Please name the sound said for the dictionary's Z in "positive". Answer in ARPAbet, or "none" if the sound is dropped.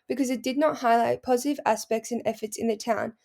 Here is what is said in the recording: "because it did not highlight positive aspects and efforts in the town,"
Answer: Z